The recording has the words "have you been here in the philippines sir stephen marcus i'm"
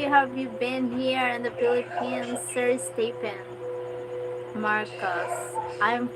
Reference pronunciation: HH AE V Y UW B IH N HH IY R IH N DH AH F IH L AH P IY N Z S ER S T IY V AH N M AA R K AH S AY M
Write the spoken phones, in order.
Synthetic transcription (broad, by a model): HH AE V Y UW B IH N HH IY R IH N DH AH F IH L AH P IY N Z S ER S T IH P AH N M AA R K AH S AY M